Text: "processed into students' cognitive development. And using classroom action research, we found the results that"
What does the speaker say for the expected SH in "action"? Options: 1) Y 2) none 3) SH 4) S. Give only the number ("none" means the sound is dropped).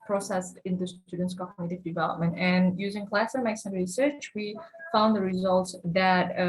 4